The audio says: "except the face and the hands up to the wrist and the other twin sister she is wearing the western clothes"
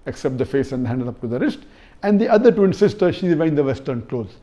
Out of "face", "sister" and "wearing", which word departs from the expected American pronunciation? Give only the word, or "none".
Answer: wearing